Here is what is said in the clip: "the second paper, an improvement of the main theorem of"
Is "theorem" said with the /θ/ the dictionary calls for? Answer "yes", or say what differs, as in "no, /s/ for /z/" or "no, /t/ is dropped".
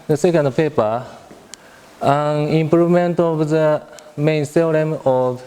no, /s/ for /θ/